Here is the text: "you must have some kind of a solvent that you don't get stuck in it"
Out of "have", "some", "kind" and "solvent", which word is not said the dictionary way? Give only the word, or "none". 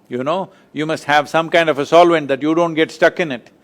none